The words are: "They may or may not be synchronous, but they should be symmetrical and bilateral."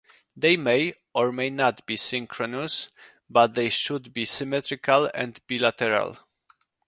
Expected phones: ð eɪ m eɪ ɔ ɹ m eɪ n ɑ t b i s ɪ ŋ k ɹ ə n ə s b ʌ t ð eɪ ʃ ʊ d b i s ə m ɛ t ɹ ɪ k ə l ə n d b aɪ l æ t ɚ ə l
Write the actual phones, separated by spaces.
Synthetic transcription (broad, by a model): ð eɪ m eɪ ɔ ɹ m eɪ n ɑ t b i s ɪ ŋ k ɹ ə n ə s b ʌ t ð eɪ ʃ ʊ d b i s ə m ɛ t ɹ ɪ k ə l ə n d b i l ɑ t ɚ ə l